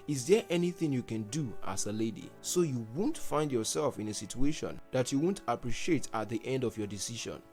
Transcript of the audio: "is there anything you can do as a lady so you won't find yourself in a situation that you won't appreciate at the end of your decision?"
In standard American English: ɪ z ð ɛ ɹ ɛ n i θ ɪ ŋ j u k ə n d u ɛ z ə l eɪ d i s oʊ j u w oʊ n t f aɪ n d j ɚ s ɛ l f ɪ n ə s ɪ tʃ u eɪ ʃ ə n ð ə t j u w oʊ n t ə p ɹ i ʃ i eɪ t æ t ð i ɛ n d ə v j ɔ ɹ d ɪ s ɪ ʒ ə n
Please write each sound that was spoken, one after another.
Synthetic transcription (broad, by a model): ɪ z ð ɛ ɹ ɛ n i θ ɪ ŋ j u k ə n d u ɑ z ə l eɪ d i s oʊ j u w oʊ n t f aɪ n d j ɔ s ɛ l f ɪ n ə s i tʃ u eɪ ʃ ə n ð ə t j u w oʊ n t ə p ɹ i ʃ i eɪ t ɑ t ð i ɛ n d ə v j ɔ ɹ d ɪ s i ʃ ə n